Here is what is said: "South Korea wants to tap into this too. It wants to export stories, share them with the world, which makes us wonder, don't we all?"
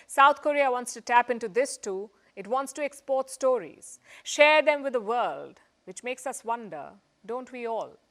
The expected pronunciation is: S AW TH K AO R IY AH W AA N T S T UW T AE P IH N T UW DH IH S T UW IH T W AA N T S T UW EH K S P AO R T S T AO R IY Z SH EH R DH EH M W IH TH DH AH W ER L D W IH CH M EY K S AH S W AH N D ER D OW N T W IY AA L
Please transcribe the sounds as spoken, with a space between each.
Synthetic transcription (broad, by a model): S AW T K AO R IY AH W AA N T S T UW T AE P IH N T UW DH IH S T UW IH T W AA N T S T UW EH K S P AO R T S T AO R IY Z SH EH R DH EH M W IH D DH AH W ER L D W IH CH M EY K S AH S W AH N D ER D OW N T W IY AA L